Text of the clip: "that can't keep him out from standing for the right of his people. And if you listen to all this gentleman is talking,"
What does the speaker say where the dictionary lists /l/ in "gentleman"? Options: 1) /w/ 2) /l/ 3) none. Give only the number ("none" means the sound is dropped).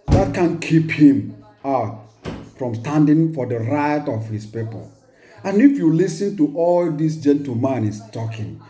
3